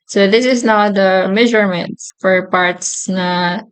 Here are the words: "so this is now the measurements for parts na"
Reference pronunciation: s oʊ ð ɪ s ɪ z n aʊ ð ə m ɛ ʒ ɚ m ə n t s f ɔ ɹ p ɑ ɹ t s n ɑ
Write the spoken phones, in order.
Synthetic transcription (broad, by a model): s oʊ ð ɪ s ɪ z n aʊ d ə m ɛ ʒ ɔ m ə n t f ɔ ɹ p ɑ ɹ t s n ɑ